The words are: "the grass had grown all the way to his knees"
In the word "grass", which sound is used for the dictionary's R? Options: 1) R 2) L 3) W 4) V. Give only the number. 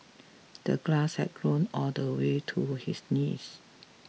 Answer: 2